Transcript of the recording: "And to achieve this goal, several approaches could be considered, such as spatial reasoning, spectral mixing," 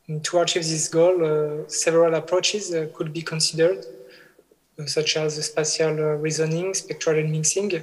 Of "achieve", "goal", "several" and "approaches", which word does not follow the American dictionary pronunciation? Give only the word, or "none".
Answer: none